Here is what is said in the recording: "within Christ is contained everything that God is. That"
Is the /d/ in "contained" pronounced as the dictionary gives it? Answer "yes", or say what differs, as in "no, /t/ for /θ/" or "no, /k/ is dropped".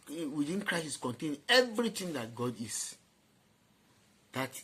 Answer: no, /d/ is dropped